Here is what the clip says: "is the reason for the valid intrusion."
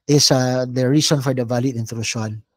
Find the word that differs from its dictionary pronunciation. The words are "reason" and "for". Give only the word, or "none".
reason